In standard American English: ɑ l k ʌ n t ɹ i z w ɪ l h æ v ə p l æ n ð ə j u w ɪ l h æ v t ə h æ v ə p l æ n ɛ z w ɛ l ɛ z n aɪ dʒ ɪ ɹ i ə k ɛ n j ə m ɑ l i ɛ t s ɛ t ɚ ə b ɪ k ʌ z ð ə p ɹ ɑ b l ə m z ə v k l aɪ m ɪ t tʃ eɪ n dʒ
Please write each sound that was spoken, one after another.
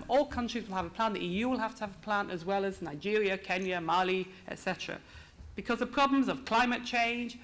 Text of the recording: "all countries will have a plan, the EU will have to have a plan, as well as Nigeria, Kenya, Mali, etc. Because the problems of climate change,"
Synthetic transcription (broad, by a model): ɑ l k ʌ n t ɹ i z w ɪ l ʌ v ə p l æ n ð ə j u w ɪ l h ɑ f t ə v ə p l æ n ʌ z w ɛ l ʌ z n aɪ dʒ ɪ ɹ i ə k ɛ n j ə m ɑ l i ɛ t s ɛ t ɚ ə b ɪ k ʌ z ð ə p ɹ ɑ b l ə m z ə v k l aɪ m ɪ t tʃ eɪ n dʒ